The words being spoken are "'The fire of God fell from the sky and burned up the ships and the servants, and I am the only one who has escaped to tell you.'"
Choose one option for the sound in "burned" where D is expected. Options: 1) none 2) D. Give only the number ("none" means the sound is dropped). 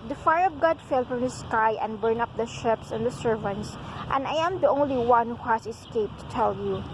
1